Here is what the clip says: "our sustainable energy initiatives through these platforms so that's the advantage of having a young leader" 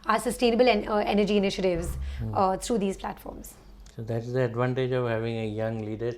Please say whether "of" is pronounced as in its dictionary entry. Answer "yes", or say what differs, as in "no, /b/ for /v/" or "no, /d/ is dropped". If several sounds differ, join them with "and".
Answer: yes